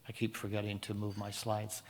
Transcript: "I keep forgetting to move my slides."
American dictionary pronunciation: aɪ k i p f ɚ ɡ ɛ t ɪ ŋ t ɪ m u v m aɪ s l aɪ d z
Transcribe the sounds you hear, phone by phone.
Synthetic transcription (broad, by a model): aɪ k i p f ɚ ɡ ɛ t ɪ ŋ t ɪ m u v m aɪ s l aɪ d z